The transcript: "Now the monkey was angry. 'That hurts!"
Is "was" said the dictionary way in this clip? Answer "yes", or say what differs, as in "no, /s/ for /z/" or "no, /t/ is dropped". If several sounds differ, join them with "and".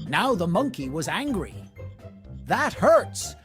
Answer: yes